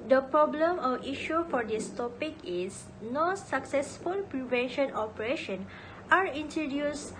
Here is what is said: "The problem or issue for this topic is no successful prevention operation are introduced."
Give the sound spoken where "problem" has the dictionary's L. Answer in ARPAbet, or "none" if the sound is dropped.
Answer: L